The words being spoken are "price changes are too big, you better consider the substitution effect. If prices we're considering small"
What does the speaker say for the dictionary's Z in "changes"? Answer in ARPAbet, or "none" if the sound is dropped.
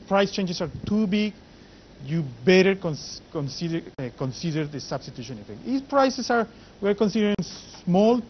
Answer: S